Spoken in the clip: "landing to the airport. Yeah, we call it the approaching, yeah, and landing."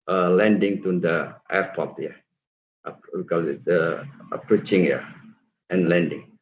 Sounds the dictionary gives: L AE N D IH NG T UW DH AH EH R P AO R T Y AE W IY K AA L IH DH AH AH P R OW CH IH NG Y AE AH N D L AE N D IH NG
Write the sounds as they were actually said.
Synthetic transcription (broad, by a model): L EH N D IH NG T UW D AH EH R P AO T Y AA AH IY K AA L IH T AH AH P R OW CH IH NG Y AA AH N L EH N D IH NG